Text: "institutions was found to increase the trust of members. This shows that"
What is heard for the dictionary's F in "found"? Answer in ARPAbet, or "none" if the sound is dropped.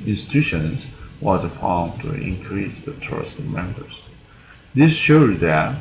P